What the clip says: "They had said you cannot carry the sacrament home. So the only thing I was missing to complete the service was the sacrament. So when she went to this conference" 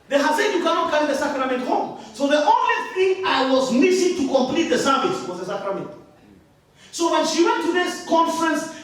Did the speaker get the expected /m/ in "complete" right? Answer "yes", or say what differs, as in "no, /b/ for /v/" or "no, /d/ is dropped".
yes